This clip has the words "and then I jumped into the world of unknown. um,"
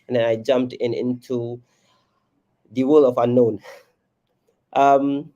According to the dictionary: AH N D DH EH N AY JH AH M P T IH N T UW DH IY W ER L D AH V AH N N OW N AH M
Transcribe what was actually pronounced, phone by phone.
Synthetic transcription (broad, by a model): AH N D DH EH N AY JH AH M P T IH N T UW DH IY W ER L AH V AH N N OW N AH M